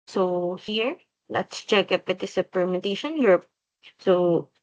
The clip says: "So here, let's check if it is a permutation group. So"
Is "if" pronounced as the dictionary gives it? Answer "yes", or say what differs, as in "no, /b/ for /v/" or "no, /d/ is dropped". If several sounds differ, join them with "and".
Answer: no, /p/ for /f/